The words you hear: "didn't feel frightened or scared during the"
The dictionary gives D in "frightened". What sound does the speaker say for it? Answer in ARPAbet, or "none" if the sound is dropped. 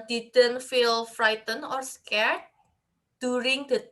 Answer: none